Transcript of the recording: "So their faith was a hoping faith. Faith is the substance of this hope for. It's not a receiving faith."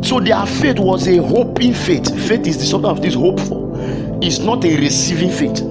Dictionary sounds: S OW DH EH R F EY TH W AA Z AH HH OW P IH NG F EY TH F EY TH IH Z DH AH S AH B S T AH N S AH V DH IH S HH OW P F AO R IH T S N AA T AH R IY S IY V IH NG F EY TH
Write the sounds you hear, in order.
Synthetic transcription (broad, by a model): S OW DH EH F EY T W AA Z AH HH OW P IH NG F EY T F EY T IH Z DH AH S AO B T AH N AH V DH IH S HH OW P F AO L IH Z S N AA T AH R IY S IY V IH NG F EY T